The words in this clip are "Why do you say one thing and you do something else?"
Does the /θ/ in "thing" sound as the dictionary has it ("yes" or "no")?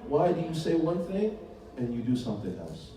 yes